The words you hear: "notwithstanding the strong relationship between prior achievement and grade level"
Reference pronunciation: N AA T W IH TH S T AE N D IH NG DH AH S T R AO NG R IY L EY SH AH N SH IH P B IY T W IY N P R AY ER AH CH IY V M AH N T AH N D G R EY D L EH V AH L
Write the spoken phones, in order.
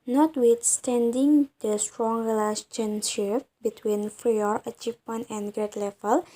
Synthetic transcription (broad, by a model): N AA T W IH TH S T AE N D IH NG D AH S T R AO NG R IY L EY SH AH N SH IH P B IY T W IY N F R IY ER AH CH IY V M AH N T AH N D G R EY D L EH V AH L